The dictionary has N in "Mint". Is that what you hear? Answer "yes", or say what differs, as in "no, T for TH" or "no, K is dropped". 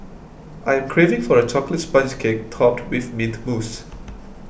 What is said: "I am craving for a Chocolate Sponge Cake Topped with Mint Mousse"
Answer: no, N is dropped